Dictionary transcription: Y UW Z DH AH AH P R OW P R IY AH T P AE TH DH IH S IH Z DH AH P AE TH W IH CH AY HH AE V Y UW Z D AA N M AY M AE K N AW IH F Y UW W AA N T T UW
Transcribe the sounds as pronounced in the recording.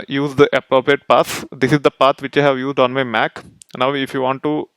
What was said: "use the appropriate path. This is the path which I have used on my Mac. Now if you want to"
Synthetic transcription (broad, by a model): Y UW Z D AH AH P R OW P R IY AH T P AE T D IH S IH Z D AH P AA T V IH CH AY HH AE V Y UW Z D AA N M AY M AE K N AW IH F Y UW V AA N T T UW